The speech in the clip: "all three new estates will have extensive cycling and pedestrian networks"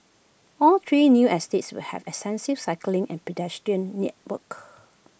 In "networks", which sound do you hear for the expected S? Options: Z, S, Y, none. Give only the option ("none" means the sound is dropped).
none